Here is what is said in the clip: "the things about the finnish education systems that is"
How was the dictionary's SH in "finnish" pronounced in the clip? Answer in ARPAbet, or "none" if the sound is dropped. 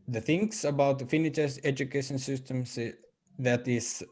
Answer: S